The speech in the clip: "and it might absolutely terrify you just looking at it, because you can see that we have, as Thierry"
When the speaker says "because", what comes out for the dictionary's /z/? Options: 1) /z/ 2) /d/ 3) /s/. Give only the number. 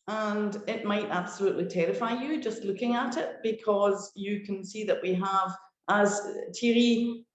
1